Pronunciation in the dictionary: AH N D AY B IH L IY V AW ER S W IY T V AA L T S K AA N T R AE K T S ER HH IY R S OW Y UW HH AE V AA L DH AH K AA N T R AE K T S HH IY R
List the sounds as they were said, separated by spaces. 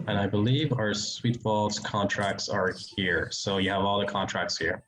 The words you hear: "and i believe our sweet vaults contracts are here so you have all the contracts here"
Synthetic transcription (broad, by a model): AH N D AY B IH L IY V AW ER S W IY T F AA L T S K AA N T R AE K T S ER HH IY R S OW Y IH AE V AA L DH AH K AA N T R AE K T S HH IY R